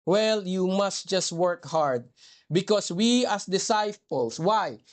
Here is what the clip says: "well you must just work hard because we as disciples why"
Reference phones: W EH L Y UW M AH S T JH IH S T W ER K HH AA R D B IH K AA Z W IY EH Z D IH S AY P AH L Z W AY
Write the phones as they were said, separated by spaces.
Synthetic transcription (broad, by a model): W EH L Y UW M AH S T JH IH S T W ER K HH AA R D B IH K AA S W IY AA S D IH S AY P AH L S W AY